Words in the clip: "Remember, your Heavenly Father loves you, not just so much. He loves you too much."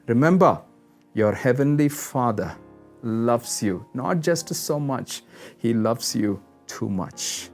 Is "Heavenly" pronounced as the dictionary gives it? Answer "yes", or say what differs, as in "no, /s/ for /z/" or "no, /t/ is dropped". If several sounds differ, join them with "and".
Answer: yes